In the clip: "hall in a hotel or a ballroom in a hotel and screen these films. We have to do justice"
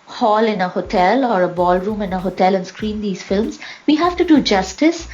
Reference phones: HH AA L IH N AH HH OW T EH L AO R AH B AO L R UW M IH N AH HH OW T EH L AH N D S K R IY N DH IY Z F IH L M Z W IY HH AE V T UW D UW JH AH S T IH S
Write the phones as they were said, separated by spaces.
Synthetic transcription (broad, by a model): HH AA L IH N AH HH OW T EH L AO R AH B AO L R UW M IH N AH HH OW T EH L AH N S K R IY N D IY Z F IH L M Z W IY HH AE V T UW D UW JH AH S T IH S